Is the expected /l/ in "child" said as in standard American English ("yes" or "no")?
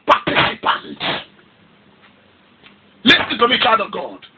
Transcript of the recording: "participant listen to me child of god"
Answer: no